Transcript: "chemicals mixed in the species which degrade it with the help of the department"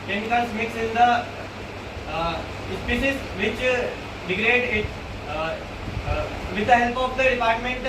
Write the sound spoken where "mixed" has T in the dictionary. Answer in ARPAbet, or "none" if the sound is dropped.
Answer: none